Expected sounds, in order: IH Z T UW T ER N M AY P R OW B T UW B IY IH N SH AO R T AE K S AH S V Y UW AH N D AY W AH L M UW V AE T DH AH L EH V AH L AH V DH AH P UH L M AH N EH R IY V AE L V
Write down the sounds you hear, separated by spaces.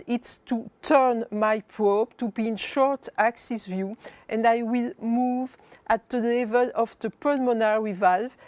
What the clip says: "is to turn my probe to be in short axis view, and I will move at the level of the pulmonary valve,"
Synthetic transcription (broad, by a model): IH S T UW T ER N M AY P R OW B T UW B IY IH N SH AO R T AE K S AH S V Y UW AH N D AY W AH L M UW V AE T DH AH L EH V AH L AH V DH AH P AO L M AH N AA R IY V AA L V